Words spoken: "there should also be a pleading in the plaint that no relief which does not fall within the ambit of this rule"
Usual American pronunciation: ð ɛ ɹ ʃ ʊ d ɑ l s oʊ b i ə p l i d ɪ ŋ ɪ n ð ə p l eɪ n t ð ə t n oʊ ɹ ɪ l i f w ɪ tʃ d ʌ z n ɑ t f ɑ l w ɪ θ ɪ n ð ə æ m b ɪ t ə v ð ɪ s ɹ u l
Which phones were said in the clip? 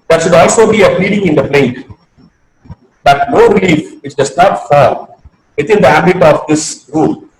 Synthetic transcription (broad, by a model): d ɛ ɹ ʃ ʊ d ɑ l s oʊ b i ə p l i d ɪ ŋ ɪ n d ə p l eɪ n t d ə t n oʊ ɹ ɪ l i f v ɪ tʃ d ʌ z n ɑ t f ɑ l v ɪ t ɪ n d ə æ b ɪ t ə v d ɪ s ɹ u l